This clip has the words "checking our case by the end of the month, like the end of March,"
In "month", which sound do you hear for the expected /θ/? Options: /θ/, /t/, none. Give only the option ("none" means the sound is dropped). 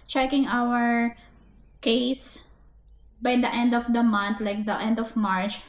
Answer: /t/